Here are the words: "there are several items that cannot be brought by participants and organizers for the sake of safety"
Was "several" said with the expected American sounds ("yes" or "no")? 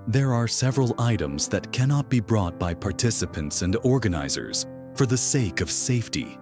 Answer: yes